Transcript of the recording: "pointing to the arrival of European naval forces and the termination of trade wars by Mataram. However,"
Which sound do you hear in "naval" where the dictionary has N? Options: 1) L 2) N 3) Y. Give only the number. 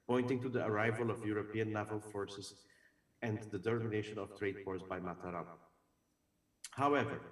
1